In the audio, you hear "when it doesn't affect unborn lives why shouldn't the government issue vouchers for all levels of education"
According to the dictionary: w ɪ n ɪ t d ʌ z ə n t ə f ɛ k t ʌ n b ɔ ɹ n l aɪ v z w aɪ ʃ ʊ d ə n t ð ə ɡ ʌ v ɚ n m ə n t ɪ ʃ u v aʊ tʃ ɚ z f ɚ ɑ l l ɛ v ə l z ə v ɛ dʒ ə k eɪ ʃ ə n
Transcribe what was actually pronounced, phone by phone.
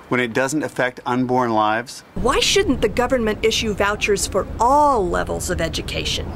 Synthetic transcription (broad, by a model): w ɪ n ɪ t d ʌ z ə n t ə f ɛ k t ʌ n b ɔ ɹ n l aɪ v z w aɪ ʃ ʊ d n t ð ə ɡ ʌ v ɚ n m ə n t ɪ ʃ u v aʊ tʃ ɚ z f ɚ ɑ l l ɛ v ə l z ə v ɛ dʒ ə k eɪ ʃ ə n